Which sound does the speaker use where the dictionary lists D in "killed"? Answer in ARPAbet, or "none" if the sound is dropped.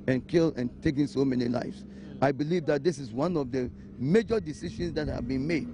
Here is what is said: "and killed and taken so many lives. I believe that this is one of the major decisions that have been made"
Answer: none